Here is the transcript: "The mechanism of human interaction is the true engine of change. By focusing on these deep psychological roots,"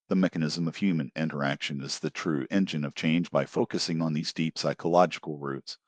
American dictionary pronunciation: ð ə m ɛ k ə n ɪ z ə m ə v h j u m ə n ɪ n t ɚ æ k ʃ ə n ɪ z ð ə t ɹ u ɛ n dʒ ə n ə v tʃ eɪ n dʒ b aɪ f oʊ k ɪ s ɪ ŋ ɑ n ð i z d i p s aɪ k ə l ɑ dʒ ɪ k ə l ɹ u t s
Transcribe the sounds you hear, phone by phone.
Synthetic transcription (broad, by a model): ð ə m ɛ k ə n ɪ z ə m ə v h j u m ə n ɪ n t ɚ æ k ʃ ə n ɪ z ð ə t ɹ u ɛ n dʒ ə n ə v tʃ eɪ n dʒ b aɪ f oʊ k ɪ s ɪ ŋ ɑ n ð i z d i p s aɪ k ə l ɑ dʒ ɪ k l ɹ u t s